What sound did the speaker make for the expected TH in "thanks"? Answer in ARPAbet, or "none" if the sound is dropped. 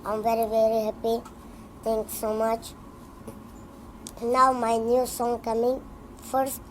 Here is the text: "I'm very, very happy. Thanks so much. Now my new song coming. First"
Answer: T